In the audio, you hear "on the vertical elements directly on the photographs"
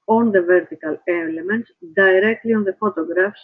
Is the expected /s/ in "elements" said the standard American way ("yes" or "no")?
no